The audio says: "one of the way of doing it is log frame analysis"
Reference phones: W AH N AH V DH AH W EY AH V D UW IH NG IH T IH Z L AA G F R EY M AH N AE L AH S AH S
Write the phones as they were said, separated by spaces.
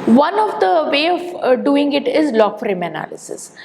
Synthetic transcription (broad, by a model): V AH N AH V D AH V EY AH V D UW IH NG IH T IH Z L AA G F R EY M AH N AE L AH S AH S